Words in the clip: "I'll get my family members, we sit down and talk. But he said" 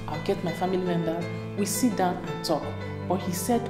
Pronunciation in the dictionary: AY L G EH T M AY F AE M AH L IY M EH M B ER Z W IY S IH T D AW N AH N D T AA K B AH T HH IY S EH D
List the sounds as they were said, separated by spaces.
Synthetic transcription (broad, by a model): AY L G EH T M AY F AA M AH L IY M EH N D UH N W IY S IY T D AW N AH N T AA K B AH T HH IY S EH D